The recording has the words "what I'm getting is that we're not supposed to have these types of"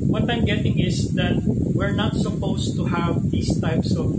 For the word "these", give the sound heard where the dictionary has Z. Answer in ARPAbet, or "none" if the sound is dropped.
S